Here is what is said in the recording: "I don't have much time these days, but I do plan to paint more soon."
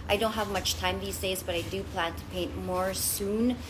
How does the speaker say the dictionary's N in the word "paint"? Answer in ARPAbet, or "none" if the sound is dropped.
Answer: N